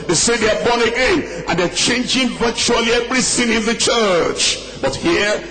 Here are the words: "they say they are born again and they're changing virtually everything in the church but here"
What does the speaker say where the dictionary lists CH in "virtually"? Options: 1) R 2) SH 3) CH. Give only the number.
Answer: 3